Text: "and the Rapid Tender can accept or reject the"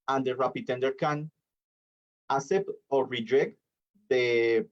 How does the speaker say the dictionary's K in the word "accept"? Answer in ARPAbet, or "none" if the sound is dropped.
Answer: none